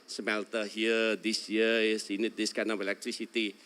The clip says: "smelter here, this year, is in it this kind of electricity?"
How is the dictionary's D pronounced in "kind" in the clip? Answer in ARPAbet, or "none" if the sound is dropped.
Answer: none